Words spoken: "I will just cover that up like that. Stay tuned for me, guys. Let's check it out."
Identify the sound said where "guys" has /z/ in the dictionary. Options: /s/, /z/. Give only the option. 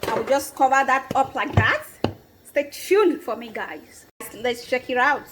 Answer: /s/